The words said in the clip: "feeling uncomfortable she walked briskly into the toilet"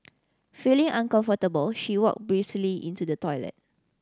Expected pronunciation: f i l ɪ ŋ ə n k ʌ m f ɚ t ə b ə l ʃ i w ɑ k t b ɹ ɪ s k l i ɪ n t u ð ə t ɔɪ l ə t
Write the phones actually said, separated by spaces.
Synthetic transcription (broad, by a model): f i l ɪ ŋ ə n k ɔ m f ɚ t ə b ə l ʃ i w ɑ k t b ɹ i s l i ɪ n t u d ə t ɔɪ l ə t